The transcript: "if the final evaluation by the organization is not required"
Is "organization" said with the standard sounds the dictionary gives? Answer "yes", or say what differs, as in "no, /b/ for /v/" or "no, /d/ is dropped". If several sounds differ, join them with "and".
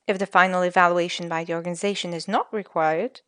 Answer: yes